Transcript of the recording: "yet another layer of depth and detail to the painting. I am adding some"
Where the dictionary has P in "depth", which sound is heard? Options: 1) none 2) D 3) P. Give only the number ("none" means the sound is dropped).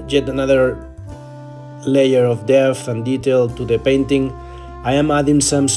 1